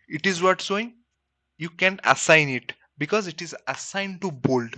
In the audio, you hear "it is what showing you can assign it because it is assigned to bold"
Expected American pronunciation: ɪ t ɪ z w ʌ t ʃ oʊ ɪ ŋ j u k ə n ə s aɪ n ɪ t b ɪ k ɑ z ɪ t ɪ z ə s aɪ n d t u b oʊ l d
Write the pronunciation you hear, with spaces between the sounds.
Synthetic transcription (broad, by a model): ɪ t ɪ z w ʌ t s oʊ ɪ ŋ j u k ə n ə s aɪ n ɪ t b ɪ k ɑ z ɪ t ɪ z ə s aɪ n d t u b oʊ l d